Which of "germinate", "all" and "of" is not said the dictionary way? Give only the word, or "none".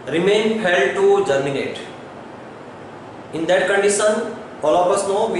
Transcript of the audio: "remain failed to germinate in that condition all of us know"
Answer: of